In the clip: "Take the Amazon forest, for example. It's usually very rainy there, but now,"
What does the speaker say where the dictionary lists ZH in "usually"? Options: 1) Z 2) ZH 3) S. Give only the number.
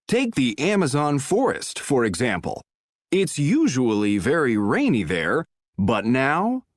2